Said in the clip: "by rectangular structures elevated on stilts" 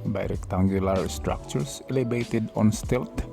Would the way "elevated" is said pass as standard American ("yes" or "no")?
no